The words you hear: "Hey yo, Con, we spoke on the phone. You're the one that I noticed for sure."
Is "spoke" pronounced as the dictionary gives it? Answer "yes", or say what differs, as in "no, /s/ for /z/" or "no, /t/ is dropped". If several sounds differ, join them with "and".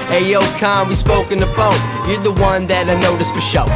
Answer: yes